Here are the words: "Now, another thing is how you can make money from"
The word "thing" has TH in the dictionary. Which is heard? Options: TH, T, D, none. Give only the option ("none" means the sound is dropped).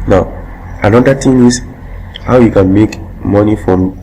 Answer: T